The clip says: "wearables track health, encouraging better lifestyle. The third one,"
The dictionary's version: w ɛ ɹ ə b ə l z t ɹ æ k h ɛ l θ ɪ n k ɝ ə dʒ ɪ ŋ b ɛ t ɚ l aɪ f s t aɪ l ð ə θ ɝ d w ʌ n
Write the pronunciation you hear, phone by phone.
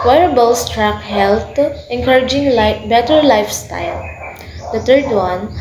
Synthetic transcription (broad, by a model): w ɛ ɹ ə b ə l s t ɹ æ k h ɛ l t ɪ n k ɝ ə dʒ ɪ ŋ b ɛ t ɚ l aɪ f s t aɪ l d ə t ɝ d w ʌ n